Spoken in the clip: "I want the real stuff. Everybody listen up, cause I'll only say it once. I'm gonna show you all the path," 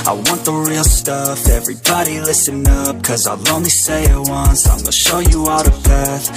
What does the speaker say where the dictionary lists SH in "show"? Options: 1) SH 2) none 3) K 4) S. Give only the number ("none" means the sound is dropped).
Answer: 1